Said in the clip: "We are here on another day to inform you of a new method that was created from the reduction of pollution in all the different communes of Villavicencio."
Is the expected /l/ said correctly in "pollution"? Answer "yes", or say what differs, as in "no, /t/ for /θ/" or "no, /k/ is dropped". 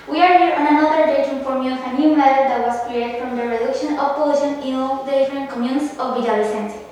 no, /l/ is dropped